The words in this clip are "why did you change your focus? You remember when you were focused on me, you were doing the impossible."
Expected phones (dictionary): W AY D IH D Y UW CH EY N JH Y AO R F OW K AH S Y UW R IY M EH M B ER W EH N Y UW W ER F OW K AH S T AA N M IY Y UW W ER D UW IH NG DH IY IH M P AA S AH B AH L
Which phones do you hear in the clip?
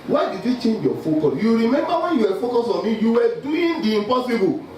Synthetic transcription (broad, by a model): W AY D IH D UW CH EY N JH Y AO F OW K AH S Y UW R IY M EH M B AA W EH N Y UW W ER F OW K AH S AA N M IY Y UW W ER D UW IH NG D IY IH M P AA S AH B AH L